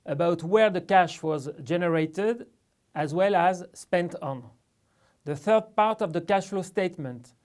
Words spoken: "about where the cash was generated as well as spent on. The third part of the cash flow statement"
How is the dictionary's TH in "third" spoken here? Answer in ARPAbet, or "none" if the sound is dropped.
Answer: TH